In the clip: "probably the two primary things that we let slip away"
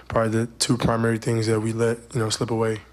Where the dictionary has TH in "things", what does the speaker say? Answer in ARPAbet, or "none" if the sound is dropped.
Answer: TH